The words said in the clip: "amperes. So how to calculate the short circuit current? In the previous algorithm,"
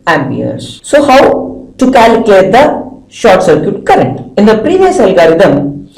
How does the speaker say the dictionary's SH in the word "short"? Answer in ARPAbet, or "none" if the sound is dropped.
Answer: SH